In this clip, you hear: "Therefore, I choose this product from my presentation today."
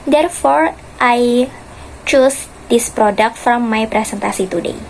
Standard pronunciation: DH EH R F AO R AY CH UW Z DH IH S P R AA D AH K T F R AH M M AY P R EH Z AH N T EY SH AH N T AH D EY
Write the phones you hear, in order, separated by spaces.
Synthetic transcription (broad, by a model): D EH R F AO R AY CH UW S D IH S P R AA D AH K T F R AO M M AY P R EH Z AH N T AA S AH T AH D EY